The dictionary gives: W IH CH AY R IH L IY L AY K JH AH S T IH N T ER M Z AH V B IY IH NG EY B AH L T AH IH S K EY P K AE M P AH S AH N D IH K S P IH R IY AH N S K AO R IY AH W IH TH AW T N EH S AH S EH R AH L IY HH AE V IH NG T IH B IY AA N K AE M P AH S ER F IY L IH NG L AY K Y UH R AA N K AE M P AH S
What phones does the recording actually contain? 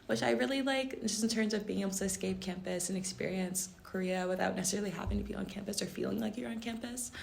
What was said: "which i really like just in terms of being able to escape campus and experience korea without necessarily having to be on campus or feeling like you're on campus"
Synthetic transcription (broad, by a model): W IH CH AY R IH L IY L AY K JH AH S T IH N T ER M Z AH V B IY IH NG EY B L T IH S K EY P K AE M P AH S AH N IH K S P IH R IY AH N S K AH R IY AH W IH TH AW T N EH S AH S EH R L IY HH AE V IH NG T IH B IY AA N K AE M P AH S ER F IY L IH NG L AY K Y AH R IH N K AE M P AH S